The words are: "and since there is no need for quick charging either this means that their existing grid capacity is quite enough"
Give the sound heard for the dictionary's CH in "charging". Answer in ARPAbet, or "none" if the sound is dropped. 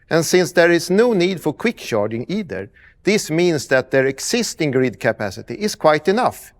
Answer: SH